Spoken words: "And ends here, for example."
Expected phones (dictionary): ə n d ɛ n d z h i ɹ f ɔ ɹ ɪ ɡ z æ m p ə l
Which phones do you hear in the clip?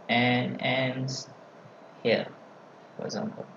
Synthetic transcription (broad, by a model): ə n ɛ n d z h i l f ɔ ɹ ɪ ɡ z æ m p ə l